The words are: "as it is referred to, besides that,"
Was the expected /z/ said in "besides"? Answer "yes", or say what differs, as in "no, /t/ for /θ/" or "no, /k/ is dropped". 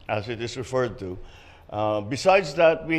yes